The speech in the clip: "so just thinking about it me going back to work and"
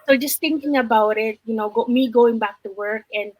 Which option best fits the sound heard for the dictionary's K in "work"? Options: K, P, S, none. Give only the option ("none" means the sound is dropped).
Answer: K